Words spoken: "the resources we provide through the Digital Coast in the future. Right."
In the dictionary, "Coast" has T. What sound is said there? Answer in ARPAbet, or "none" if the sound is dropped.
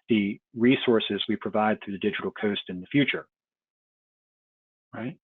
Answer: T